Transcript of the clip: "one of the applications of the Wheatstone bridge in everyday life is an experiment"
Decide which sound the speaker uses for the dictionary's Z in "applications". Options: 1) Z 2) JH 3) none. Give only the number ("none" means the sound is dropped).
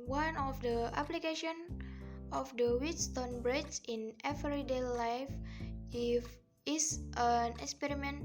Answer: 3